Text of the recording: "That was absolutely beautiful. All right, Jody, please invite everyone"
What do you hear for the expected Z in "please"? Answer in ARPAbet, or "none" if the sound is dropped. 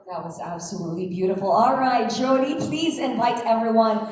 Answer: Z